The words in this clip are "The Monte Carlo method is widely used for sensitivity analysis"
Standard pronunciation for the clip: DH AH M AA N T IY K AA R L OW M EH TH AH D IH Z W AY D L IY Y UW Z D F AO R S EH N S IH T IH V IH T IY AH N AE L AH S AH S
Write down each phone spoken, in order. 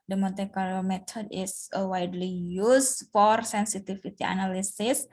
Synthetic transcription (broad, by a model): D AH M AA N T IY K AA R OW M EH T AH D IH S W AY D L IY Y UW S F AO R S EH N S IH T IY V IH T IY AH N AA L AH S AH S